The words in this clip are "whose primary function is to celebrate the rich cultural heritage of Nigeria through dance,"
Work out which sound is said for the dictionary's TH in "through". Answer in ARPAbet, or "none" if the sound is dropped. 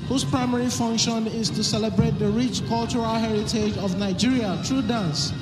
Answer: T